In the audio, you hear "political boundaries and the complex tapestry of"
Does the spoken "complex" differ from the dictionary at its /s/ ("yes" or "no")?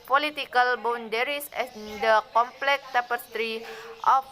yes